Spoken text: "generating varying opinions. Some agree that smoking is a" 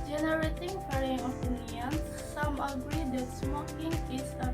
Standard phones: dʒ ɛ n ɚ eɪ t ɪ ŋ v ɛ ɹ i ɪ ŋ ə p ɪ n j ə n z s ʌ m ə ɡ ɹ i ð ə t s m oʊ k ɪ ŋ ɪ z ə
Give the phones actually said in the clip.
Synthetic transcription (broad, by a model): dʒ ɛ n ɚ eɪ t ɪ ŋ p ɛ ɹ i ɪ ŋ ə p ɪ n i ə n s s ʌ m ə ɡ ɹ i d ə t s m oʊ k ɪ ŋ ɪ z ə